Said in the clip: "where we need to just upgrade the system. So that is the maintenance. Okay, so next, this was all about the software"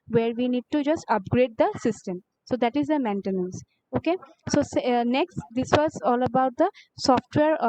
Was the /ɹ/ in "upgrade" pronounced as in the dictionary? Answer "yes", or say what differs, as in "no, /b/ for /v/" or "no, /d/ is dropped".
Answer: yes